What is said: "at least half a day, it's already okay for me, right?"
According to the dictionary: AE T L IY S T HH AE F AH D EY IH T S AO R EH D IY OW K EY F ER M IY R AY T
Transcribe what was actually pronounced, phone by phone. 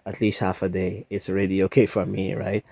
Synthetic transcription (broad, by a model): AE T L IY S T HH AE F AH D EY IH T S AO R EH D IY OW K EY F ER M IY R AY T